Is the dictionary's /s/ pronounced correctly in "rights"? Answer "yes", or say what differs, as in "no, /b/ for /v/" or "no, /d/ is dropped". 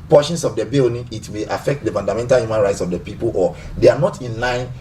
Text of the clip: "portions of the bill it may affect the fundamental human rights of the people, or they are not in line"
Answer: yes